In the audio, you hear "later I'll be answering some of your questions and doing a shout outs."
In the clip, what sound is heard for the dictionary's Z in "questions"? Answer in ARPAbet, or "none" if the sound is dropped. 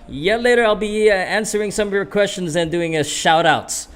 Z